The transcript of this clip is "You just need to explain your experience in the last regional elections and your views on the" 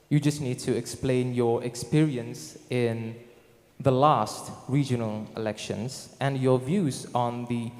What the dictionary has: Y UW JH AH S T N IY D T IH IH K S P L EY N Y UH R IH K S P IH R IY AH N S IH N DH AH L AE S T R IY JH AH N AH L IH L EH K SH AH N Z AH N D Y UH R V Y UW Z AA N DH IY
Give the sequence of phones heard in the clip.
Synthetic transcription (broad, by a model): Y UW JH AH S T N IY D T IH IH K S P L EY N Y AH R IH K S P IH R IY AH N S IH N DH AH L AE S T R IY JH AH N AH L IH L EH K SH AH N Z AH N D Y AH R V Y UW Z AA N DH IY